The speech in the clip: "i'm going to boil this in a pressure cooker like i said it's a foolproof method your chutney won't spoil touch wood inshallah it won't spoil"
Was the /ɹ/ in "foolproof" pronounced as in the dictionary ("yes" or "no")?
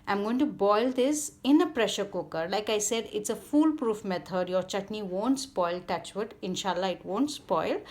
yes